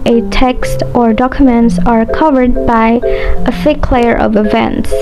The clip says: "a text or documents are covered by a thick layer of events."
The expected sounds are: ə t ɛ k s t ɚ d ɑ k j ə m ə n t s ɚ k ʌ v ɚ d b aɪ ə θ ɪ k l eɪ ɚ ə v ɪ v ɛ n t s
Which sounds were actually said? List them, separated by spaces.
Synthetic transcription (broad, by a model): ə t ɛ k s t ɚ d ɑ k j ə m ə n t s ɚ k ʌ v ɚ d b aɪ ə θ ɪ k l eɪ ɚ ə v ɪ v ɛ n t s